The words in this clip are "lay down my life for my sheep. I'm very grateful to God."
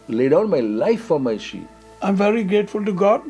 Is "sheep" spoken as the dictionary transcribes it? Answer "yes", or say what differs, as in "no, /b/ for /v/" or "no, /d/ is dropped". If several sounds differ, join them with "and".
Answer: no, /p/ is dropped